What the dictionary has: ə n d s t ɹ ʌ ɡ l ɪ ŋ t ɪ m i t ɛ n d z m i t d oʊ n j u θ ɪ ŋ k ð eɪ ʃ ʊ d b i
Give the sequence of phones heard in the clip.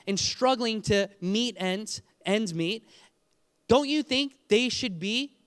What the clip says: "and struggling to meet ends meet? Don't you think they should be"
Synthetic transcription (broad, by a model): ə n s t ɹ ʌ ɡ l ɪ ŋ t ɪ m i t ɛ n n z m i t d oʊ n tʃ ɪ θ ɪ ŋ k ð eɪ ʃ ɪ d b i